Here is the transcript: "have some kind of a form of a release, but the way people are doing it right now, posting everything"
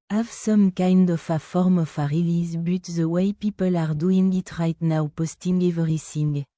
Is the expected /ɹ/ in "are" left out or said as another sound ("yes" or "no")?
no